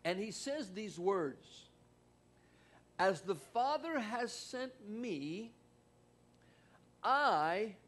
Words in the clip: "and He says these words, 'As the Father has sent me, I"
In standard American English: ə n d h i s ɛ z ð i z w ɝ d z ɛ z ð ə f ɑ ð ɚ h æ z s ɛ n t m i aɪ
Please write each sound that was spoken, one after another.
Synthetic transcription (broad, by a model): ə n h i s ɛ z ð i z w ɝ d z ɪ z ð ə f ɑ ð ɚ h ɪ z s ɛ n t m i aɪ